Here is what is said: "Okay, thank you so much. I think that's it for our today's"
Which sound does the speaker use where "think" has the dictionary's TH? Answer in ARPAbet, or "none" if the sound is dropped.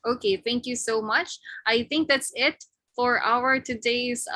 TH